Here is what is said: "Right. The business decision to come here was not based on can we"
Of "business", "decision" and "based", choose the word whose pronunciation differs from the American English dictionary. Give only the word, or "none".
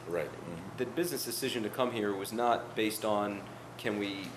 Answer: none